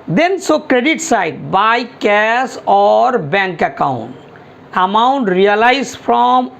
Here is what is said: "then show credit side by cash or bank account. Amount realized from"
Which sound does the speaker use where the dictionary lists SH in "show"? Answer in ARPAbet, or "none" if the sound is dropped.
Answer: S